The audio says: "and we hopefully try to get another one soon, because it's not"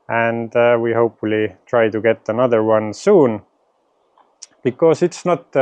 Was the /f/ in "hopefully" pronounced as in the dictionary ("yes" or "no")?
yes